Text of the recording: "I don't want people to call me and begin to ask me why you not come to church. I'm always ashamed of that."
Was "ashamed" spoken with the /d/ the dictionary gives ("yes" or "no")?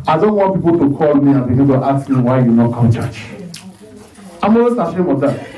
no